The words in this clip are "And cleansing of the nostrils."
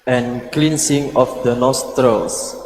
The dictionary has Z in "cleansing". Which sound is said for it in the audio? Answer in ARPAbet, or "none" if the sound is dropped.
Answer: S